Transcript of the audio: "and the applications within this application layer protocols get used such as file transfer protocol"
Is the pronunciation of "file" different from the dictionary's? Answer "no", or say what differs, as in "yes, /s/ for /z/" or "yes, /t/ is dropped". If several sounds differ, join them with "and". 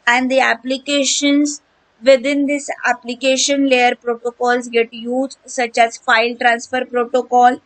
no